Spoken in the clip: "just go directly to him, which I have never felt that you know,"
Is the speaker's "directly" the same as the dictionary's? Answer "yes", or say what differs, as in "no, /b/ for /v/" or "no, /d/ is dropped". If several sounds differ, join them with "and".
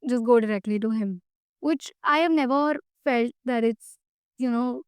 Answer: yes